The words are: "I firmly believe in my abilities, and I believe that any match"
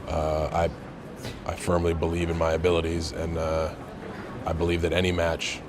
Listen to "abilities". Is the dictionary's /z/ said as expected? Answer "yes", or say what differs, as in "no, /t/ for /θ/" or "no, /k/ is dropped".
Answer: yes